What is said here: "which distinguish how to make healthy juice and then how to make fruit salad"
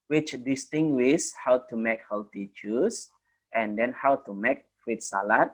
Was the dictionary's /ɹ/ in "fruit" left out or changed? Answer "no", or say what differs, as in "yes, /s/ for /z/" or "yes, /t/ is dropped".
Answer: yes, /w/ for /ɹ/